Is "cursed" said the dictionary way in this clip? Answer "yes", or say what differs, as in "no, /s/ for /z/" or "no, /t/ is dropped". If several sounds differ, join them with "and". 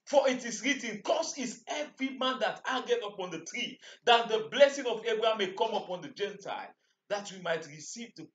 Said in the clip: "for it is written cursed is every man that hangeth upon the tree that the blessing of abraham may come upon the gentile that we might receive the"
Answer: no, /t/ is dropped